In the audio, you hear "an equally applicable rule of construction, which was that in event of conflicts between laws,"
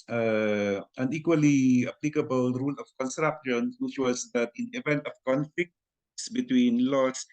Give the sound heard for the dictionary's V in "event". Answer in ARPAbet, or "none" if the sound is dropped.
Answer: V